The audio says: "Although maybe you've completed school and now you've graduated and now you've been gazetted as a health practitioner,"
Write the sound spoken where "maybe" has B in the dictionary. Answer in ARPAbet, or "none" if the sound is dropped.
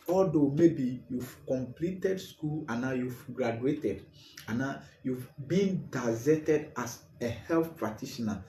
B